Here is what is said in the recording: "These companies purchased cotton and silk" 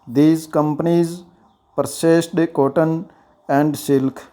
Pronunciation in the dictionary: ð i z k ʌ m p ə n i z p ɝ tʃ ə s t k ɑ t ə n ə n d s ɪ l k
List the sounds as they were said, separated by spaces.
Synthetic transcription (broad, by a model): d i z k ʌ m p ə n i z p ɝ s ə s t k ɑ t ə n ə n d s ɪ l k